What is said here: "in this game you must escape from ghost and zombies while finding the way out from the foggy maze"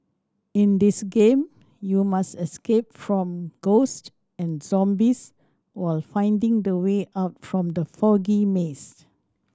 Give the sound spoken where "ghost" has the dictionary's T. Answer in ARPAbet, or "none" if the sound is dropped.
T